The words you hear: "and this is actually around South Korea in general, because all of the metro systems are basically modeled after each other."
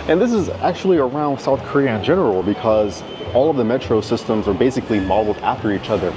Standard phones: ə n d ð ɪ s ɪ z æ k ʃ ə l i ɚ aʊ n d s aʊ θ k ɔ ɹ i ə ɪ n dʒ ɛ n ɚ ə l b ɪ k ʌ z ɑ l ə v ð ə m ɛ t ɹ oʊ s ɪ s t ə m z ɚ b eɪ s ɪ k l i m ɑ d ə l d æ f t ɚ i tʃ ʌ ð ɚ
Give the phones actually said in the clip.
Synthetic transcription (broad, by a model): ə n ð ɪ s ɪ z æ k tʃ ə l i ɚ aʊ n d s aʊ θ k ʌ ɹ i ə ɪ n dʒ ɛ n ɚ l b ɪ k ʌ z ɑ l ə v ð ə m ɛ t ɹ oʊ s ɪ s t ə m z ɚ b eɪ s ɪ k l i m ɑ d l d æ f t ɚ i tʃ ʌ ð ɚ